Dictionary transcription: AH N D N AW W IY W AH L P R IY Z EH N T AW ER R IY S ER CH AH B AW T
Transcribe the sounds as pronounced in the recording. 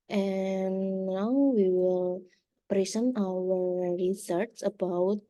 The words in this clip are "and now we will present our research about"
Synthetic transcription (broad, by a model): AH N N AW W IY W AH L P R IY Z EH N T AW ER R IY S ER S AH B AW T